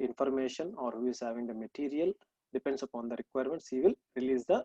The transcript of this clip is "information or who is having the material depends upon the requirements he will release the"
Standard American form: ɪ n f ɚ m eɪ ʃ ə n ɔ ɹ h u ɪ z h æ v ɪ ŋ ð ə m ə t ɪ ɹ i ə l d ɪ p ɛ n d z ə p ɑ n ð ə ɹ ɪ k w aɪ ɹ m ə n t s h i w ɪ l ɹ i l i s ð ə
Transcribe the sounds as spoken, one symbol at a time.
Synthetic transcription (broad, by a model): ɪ n f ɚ m eɪ ʃ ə n ɔ ɹ h u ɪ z h æ v ɪ ŋ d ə m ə t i ɹ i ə l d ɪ p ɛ n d s ə p ɑ n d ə ɹ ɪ k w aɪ ɹ m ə n t s h i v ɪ l ɹ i l i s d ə